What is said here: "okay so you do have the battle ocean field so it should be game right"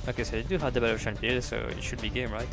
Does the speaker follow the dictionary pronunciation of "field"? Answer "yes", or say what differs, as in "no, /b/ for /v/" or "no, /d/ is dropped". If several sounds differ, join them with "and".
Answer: no, /p/ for /f/